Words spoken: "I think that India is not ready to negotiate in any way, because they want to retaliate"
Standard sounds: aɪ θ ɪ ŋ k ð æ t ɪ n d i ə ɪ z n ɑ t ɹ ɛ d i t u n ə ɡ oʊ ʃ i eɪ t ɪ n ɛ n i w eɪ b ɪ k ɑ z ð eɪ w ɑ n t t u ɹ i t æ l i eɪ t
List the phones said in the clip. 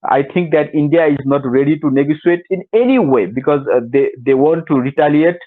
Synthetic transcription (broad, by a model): aɪ t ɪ ŋ k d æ t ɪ n d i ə ɪ z n ɑ t ɹ ɛ d i t u n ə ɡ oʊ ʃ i eɪ t ɪ n ɛ n i w eɪ b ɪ k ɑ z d eɪ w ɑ n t t u ɹ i t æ l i eɪ t